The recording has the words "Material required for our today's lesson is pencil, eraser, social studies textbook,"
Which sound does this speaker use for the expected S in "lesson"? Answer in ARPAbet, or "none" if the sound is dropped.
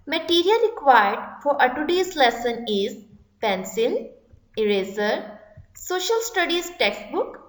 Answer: S